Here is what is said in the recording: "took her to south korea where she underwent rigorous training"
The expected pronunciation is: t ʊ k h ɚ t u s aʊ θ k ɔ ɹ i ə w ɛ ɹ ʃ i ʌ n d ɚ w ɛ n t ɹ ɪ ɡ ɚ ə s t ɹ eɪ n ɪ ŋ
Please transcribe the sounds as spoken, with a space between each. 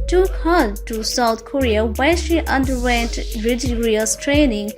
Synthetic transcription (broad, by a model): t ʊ k h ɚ t u s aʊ t k ɔ ɹ i ə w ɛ l ʃ i ʌ n d ɚ w ɛ n t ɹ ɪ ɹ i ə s t ɹ eɪ n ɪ ŋ